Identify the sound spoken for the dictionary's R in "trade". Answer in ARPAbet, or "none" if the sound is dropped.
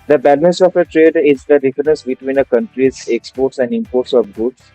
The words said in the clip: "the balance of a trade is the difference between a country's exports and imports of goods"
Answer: R